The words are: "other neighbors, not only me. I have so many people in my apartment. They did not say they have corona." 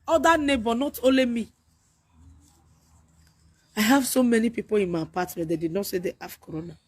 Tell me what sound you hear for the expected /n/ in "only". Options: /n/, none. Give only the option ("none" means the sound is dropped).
none